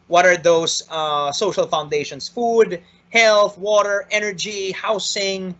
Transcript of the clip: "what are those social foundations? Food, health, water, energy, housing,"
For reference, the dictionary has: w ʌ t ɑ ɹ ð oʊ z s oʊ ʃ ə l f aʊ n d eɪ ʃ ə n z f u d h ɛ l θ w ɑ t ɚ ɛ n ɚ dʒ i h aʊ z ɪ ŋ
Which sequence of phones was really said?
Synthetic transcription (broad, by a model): w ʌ t ɑ ɹ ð oʊ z s oʊ ʃ ə l f aʊ n d eɪ ʃ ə n s f u d h ɛ l θ w ɑ t ɚ ɛ n ɚ dʒ i h aʊ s ɪ ŋ